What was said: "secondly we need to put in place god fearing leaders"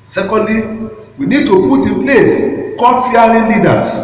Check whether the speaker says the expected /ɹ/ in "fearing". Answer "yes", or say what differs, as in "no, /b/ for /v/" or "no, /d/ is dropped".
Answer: no, /l/ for /ɹ/